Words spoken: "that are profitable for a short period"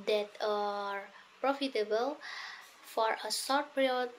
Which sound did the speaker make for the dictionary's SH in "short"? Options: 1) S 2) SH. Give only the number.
1